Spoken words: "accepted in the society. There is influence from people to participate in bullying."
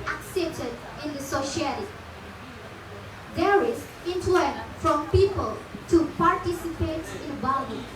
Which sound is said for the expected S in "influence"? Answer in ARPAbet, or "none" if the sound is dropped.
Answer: none